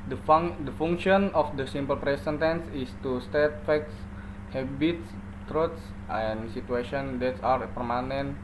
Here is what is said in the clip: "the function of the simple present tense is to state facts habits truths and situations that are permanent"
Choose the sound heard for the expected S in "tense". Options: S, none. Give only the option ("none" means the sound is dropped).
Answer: S